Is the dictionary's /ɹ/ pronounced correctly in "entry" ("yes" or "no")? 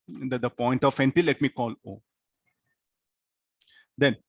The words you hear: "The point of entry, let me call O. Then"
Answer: no